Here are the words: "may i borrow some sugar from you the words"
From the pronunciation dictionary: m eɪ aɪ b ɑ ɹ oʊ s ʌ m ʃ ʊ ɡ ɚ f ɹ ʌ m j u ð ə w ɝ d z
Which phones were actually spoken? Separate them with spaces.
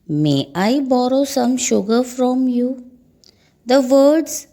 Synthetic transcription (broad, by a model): m eɪ aɪ b ɑ ɹ oʊ s ʌ m ʃ ʊ ɡ ɚ f ɹ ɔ m j u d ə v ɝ d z